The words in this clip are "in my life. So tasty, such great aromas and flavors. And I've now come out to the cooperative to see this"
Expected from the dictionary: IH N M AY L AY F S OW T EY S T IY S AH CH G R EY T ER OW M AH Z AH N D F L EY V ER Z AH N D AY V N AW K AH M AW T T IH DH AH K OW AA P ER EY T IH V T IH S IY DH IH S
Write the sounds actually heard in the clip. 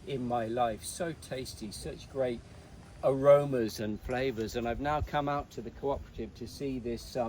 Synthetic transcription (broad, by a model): IH N M AY L AY F S OW T EY S T IY S AH CH G R EY T ER OW M AH Z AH N F L EY V ER Z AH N AY V N AW K AH M AW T T IH DH AH K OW AA P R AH T IH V T IH S IY DH IH S